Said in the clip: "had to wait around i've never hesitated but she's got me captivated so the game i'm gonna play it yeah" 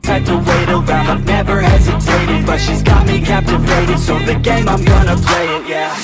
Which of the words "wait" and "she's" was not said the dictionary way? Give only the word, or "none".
none